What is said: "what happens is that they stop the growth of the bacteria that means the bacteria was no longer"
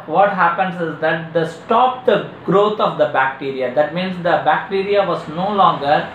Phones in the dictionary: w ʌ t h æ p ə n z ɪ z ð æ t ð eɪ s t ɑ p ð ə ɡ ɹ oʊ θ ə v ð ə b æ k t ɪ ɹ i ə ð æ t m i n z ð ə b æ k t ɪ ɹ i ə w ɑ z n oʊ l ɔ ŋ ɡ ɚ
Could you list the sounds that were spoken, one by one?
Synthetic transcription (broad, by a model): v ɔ t h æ p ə n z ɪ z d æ t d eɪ s t ɑ p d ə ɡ ɹ oʊ t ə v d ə b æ k t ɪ ɹ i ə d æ t m i n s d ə b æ k t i ɹ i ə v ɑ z n oʊ l ɔ ŋ ɡ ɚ